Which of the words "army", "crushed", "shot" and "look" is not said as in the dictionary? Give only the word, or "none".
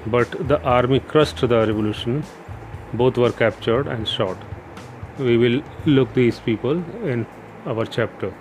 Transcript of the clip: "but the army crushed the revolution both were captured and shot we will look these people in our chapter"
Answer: crushed